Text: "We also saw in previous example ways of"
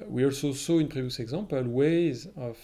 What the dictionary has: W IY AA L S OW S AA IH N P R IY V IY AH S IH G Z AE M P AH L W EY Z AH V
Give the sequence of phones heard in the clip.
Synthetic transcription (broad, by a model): W IY AA L S OW S AA IH N P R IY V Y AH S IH G Z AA P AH L W EY Z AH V